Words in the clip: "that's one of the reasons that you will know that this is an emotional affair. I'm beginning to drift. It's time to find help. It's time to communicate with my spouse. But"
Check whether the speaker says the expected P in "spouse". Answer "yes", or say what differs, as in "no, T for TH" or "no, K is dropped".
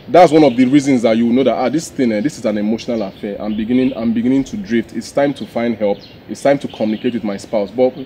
yes